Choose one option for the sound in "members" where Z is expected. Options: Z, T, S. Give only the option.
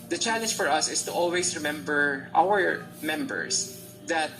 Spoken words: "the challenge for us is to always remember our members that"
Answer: S